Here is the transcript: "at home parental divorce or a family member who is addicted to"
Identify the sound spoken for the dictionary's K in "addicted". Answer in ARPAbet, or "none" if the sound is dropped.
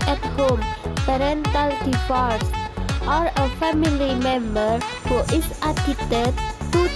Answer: none